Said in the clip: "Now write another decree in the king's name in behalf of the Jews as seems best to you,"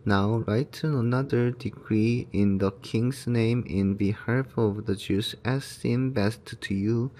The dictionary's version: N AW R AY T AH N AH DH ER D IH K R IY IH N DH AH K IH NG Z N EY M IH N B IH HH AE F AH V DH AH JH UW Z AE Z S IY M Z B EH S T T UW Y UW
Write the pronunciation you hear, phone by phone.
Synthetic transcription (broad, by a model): N AW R AY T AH N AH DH ER D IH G R IY IH N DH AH K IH NG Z N EY M IH N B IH HH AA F AH V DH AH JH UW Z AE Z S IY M B EH S T T UW Y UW